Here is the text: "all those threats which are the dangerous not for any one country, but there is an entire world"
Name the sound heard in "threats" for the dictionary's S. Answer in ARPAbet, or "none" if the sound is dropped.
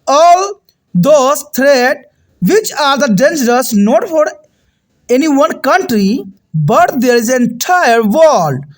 none